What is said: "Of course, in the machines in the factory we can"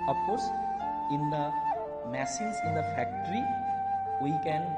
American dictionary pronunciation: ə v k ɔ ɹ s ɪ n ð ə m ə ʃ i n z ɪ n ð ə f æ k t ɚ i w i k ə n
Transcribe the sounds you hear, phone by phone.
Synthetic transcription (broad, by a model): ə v k ɔ ɹ s ɪ n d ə m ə s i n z ɪ n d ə f æ k t ɚ i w i k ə n